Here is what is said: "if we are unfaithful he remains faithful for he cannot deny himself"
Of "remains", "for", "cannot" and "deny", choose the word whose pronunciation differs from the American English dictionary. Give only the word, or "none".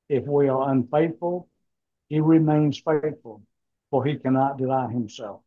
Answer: deny